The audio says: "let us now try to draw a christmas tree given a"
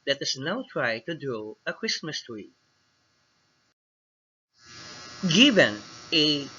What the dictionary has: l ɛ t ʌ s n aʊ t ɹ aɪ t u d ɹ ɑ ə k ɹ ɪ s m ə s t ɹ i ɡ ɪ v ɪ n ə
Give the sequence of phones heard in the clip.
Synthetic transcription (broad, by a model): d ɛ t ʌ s n aʊ t ɹ aɪ t u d u ə k ɹ ɪ s m ə s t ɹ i ɡ ɪ v ɪ n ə